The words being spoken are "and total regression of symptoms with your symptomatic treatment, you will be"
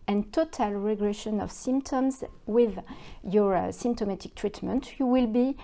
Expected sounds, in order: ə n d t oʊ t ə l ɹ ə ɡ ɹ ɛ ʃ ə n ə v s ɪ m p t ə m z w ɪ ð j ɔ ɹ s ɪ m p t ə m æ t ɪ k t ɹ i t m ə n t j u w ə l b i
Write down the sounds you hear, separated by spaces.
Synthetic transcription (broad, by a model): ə n t oʊ t ə l ɹ ə ɡ ɹ ɛ ʃ ə n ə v s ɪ m p t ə m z w ɪ ð j ɔ ɹ s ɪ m p t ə m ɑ t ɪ k t ɹ i t m ə n t j u w ə l b i